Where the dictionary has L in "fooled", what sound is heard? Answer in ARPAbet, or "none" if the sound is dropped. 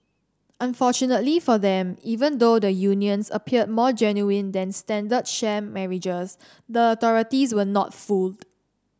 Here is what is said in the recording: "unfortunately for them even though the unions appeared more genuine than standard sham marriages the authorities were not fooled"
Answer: L